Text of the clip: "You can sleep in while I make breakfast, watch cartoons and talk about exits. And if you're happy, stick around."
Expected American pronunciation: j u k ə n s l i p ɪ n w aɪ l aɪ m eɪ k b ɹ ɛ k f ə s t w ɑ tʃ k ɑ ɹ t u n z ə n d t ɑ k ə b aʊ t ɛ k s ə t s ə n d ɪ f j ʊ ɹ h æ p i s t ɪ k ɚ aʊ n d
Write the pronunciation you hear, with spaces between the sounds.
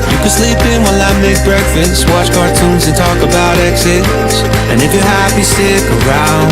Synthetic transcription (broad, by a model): j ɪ k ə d s l i p ɪ n w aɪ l aɪ m eɪ k b ɹ ɛ k f ə s t w ɑ tʃ k ɑ ɹ t u n z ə n t ɑ k ə b aʊ t ɛ k s ə t s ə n ɪ f j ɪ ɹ h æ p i s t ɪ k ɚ aʊ n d